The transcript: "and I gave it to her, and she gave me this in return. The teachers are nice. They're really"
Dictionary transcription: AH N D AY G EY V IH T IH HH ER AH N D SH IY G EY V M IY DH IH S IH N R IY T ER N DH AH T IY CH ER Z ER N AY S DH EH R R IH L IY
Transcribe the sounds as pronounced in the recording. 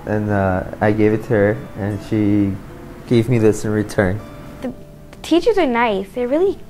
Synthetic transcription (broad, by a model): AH N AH AY G EY V IH T IH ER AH N SH IY G EY V M IY DH IH S IH N R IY T ER N DH AH T IY CH ER Z ER N AY S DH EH R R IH L IY